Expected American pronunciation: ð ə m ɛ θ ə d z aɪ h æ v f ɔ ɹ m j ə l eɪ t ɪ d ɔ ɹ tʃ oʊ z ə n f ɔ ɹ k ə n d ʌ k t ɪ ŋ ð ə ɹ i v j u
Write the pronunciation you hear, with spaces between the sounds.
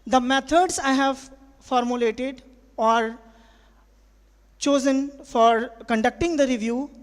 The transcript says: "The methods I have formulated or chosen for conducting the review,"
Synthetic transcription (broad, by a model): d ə m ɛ t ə d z aɪ h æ v f ɔ ɹ m j ə l eɪ t ɪ d ɔ ɹ tʃ oʊ z ə n f ɔ ɹ k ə n d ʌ k t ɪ ŋ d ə ɹ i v j u